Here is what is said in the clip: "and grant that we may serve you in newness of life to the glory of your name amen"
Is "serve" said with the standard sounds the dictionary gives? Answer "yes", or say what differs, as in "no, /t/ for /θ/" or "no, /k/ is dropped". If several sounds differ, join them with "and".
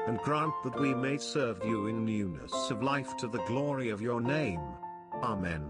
yes